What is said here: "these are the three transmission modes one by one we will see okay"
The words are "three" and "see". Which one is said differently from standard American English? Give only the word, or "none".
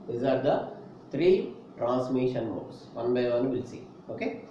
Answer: three